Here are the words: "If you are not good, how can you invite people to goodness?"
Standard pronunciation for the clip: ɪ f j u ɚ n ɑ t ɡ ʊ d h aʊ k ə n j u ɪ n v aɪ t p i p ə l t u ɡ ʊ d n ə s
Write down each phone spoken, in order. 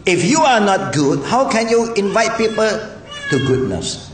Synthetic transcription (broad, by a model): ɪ f j u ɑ n ɑ t ɡ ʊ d h aʊ k ə n j u ɪ n v aɪ t p i p ə l t u ɡ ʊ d n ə s